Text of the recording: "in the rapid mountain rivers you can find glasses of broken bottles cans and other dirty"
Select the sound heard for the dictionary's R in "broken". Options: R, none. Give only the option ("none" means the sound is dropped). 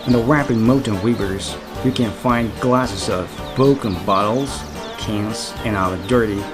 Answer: none